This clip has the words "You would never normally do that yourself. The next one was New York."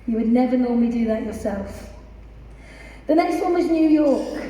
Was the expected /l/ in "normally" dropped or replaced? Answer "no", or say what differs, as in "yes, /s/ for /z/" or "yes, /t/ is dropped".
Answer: yes, /l/ is dropped